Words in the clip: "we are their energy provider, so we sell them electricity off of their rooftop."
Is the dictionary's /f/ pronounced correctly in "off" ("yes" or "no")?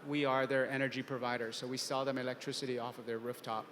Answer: yes